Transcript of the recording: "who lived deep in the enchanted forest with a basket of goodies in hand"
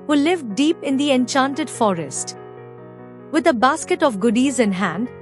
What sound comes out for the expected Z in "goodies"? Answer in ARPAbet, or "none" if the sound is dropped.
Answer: Z